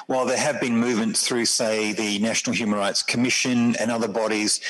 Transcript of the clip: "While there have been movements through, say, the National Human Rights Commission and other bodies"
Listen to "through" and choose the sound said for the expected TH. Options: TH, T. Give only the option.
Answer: TH